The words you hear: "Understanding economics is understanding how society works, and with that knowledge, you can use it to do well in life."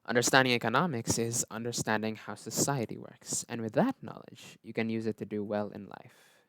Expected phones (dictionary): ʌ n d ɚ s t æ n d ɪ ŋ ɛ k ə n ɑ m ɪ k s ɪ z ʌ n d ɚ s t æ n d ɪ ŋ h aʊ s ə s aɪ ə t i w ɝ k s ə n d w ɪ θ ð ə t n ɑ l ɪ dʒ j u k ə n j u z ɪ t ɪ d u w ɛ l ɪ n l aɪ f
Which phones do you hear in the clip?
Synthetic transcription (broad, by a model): ʌ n d ɚ s t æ n d ɪ ŋ ɛ k ə n ɑ m ɪ k s ɪ z ʌ n d ɚ s t æ n d ɪ ŋ h aʊ s ə s aɪ ə t i w ɝ k s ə n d w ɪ ð ə t n ɑ l ɪ dʒ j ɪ k ə n j u z ɪ t ɪ d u w ɛ l ɪ n l aɪ f